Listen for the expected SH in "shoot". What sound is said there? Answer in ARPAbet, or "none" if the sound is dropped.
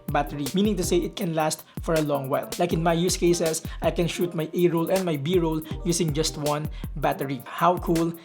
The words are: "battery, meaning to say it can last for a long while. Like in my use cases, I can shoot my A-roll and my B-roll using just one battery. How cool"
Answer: SH